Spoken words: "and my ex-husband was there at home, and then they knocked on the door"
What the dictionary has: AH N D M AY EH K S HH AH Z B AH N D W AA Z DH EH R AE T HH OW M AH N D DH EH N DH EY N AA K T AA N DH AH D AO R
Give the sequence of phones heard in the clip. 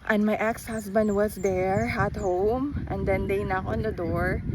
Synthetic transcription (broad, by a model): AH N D M AY EH K S HH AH S B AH N D W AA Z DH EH R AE T HH OW M AH N D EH N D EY N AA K AA N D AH D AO R